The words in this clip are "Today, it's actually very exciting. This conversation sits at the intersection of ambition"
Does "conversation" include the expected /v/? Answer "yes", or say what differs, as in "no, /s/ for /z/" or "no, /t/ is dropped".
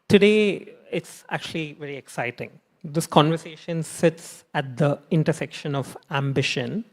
yes